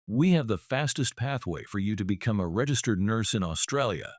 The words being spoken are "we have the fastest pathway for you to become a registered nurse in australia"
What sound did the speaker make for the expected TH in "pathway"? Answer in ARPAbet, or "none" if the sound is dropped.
TH